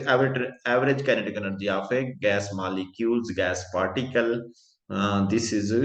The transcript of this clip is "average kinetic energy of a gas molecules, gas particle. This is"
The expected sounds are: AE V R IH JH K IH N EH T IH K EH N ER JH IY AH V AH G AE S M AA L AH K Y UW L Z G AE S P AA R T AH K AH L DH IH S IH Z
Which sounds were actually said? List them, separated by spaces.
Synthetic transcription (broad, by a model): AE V R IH JH K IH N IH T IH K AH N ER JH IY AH F AH G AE S M AA L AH K Y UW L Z G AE S P AA R T AH K AH L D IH S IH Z